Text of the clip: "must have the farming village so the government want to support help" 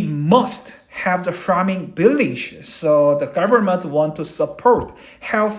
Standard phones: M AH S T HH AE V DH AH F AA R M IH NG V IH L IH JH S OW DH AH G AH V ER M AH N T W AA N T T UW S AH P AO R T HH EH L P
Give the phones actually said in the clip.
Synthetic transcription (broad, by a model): M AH S T HH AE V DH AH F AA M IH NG B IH L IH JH S OW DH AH G AH V ER M AH N T W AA N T T UW S AH P AO R T HH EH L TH